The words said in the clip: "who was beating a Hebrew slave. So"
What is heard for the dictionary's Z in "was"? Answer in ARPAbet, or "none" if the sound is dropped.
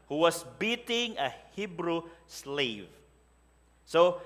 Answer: S